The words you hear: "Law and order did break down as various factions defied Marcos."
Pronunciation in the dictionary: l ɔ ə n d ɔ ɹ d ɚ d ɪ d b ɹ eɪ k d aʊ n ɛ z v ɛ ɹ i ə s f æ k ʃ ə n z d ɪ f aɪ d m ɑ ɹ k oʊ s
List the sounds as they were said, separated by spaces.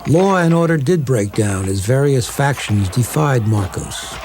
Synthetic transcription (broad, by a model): l ɔ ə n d ɔ ɹ d ɚ d ɪ d b ɹ eɪ k d aʊ n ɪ z v ɛ ɹ i ə s f æ k ʃ ə n z d ɪ f aɪ d m ɑ ɹ k oʊ s